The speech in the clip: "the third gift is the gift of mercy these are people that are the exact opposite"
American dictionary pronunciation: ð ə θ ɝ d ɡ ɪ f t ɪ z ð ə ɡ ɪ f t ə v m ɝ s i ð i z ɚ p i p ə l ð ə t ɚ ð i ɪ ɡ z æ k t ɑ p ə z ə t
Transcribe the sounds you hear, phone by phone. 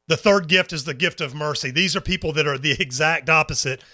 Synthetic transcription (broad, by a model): ð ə θ ɝ d ɡ ɪ f t ɪ z ð ə ɡ ɪ f t ə v m ɝ s i ð i z ɚ p i p l ð ə t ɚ ð i ɪ ɡ z æ k t ɑ p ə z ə t